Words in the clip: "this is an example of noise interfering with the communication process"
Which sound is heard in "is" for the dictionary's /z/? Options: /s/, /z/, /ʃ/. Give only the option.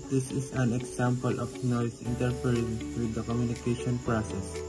/s/